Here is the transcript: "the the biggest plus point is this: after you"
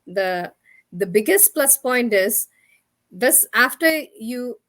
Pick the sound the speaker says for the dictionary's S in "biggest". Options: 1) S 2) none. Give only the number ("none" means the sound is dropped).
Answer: 1